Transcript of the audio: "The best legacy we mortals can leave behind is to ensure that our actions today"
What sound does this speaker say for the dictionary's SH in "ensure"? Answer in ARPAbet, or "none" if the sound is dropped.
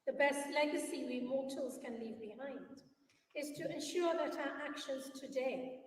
SH